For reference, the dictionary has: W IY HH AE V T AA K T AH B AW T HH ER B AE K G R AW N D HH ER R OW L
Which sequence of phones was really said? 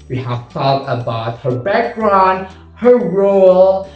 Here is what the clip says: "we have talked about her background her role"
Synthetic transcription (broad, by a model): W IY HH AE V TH AA T AH B AW T HH ER B AE K G R AW N D HH ER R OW L